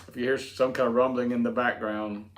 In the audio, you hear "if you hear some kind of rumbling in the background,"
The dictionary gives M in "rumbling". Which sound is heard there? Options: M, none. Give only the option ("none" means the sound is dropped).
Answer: M